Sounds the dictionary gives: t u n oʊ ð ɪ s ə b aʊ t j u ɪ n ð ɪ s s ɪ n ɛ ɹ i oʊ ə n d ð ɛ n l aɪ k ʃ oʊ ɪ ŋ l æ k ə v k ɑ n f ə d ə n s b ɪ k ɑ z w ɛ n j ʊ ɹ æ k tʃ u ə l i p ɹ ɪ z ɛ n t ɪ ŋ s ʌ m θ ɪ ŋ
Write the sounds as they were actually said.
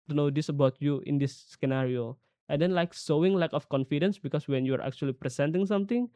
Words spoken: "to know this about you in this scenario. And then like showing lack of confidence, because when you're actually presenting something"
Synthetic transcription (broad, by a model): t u n oʊ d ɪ s ə b aʊ t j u ɪ n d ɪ s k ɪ n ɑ ɹ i oʊ ə n d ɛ n l aɪ k s oʊ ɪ ŋ l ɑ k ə f k ɑ n f ə d ə n s b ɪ k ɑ s w ɛ n j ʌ ɹ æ k tʃ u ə l i p ɹ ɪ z ɛ n t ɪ ŋ s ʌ m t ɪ ŋ